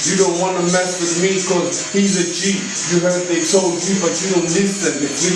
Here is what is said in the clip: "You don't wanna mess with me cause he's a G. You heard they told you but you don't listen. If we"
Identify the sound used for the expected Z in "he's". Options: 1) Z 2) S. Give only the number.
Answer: 1